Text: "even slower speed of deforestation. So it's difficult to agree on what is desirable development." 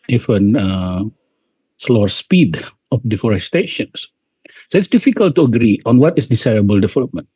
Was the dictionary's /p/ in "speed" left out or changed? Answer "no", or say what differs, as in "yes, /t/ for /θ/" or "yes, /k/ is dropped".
no